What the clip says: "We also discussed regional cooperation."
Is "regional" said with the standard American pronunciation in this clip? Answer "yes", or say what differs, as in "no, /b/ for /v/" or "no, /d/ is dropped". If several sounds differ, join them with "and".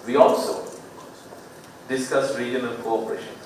no, /n/ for /l/